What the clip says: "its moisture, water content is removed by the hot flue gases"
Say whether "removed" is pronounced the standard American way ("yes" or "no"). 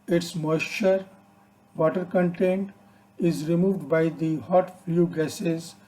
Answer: yes